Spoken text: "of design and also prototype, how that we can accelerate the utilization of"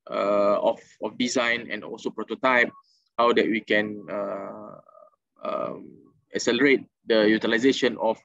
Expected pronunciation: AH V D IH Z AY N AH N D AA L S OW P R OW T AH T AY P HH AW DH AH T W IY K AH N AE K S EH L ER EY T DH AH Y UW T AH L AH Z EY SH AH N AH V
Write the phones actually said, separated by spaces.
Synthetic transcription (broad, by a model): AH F D IH Z AY N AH N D AA L S OW P R OW T AH T AY P HH AW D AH T W IY K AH N AE K S EH L ER EY T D AH Y UW T AH L AH Z EY SH AH N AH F